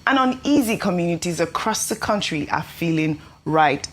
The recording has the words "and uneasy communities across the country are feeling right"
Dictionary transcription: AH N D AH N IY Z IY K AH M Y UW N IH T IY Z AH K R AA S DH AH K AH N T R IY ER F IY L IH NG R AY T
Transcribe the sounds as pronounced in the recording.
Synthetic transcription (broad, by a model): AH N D AH N IY Z IY K AH M Y UW N IH T IY Z AH K R AA S DH AH K AH N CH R IY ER F IY L IH NG R AY T